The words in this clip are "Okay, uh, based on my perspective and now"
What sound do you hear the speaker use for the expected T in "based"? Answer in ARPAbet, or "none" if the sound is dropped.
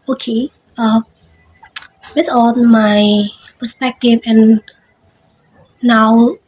none